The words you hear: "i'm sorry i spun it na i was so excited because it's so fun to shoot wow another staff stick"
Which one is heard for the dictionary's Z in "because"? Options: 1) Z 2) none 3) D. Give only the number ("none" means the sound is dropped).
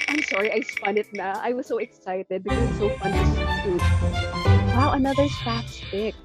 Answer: 2